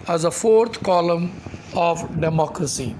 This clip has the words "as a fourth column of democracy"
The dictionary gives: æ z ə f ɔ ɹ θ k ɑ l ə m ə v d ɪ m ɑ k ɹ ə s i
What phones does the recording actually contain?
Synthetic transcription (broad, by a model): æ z ə f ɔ ɹ t k ɑ l ə m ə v d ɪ m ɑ k ɹ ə s i